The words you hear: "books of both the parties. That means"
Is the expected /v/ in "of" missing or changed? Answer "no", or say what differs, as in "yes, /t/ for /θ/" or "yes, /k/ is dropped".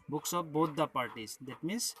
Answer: yes, /p/ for /v/